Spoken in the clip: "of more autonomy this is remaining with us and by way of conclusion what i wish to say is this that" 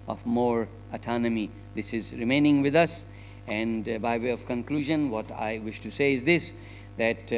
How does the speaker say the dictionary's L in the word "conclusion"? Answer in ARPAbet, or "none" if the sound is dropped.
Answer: L